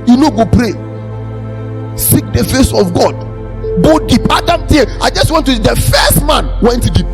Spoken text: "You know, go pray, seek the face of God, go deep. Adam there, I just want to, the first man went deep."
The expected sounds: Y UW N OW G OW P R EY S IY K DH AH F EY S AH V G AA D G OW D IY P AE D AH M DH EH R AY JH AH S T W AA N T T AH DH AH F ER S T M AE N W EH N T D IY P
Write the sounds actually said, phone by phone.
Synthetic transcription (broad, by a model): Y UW N OW G OW P R EY S IY K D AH F EY S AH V G AA D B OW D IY P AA D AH M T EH AY JH AH S T W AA N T S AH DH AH F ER S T M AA N W EH N T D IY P